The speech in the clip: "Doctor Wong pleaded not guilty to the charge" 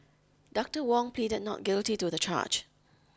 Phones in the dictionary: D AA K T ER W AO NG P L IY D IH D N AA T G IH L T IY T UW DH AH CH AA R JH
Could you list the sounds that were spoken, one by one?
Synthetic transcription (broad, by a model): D AA K T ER W AO NG P L IY D IH D N AA T G IH L T IY T UW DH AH CH AA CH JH